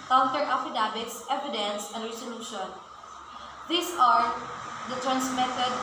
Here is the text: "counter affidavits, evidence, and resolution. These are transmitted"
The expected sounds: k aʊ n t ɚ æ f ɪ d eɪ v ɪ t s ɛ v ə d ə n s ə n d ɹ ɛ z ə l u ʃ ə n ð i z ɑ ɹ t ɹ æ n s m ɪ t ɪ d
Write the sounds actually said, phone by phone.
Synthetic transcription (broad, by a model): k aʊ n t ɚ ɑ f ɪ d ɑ b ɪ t s ɛ v ə d ə n s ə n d ɹ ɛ s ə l u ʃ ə n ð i s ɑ ɹ t ɹ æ n s m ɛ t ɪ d